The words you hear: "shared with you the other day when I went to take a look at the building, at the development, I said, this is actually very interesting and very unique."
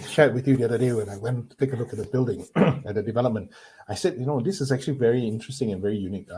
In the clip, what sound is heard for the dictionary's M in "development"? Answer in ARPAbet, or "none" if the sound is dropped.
M